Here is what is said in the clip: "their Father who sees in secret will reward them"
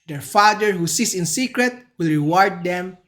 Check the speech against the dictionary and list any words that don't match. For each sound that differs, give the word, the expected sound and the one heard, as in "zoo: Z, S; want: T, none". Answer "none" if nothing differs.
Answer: sees: Z, S